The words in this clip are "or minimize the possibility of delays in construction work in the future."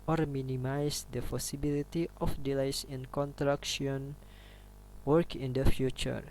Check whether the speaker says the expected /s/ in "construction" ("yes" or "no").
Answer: no